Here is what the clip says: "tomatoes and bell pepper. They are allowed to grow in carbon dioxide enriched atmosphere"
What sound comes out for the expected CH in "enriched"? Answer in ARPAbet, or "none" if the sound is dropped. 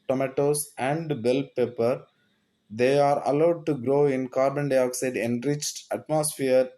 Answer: CH